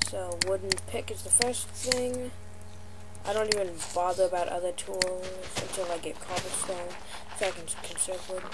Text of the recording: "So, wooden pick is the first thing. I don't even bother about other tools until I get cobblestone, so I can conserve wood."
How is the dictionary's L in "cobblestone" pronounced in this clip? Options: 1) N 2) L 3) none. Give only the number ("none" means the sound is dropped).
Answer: 3